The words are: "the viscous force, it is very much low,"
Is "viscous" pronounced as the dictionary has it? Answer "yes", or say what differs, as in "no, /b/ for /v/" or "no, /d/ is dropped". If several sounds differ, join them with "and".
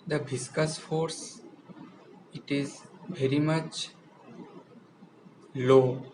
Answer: no, /b/ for /v/